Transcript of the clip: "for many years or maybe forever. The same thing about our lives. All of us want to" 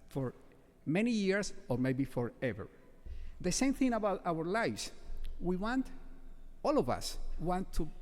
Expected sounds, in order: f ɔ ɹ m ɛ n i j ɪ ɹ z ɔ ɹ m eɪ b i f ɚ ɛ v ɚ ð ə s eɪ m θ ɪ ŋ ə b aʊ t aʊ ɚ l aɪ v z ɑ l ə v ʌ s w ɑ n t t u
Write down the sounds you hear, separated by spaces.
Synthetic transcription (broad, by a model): f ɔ ɹ m ɛ n i j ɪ ɹ s ɔ ɹ m eɪ b i f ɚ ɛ v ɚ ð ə s eɪ m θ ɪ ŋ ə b aʊ t aʊ ɚ l aɪ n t ɑ l ə v ʌ s w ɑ n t t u